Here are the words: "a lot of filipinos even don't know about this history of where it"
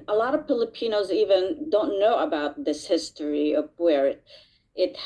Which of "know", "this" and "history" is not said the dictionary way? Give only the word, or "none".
none